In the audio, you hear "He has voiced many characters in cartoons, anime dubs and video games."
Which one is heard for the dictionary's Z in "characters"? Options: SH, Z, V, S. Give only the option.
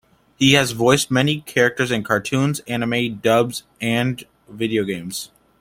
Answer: Z